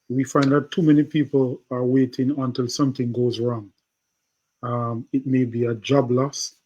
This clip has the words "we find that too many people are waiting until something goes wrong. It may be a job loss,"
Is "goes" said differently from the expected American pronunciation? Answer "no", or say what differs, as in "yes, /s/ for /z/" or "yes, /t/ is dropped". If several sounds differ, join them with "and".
no